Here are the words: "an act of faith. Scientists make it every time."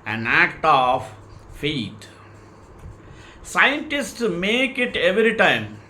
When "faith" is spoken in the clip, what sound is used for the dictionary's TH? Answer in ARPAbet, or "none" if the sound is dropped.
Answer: T